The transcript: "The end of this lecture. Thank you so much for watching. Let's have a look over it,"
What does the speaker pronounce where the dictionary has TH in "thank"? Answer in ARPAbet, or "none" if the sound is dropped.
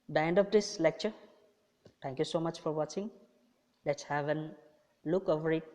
T